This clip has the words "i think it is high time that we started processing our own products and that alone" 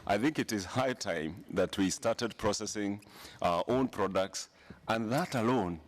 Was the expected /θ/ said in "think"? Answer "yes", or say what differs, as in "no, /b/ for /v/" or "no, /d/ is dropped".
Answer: yes